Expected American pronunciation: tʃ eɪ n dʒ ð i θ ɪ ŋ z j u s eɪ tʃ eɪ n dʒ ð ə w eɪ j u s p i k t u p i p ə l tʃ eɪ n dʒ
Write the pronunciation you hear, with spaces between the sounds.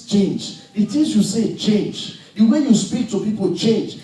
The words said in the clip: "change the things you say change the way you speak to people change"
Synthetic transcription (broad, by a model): tʃ eɪ n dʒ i t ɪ z j u s eɪ tʃ eɪ n dʒ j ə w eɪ j u s p i k t u p i p ə l tʃ eɪ n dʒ